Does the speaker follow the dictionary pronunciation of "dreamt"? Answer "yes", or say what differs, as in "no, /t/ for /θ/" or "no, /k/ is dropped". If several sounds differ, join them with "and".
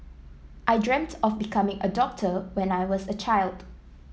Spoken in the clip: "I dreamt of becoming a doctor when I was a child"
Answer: yes